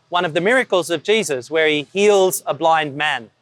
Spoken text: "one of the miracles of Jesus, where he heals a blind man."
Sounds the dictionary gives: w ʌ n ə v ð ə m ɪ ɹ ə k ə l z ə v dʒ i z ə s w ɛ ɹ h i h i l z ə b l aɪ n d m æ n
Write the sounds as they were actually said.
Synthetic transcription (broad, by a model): w ʌ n ə v ð ə m ɪ ɹ ə k ə l z ə v dʒ i z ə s w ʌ ɹ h i h i l z ə b l aɪ n d m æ n